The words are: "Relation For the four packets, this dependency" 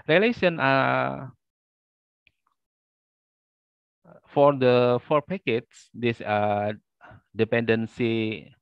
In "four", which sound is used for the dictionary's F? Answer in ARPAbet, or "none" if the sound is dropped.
F